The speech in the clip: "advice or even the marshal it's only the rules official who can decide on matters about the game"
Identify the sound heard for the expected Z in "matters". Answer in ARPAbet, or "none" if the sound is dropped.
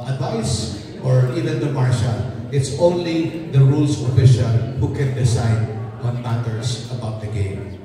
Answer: S